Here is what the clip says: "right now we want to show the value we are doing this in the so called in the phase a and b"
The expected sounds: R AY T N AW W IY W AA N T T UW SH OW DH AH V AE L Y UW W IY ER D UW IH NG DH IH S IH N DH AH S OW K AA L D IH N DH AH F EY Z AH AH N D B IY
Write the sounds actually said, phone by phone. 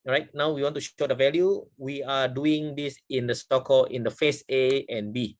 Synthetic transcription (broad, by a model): R AY T N AW W IY W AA N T T UW SH OW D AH V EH L Y UW W IY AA D UW IH NG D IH S IH N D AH S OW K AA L IH N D AH F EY S AH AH N B IY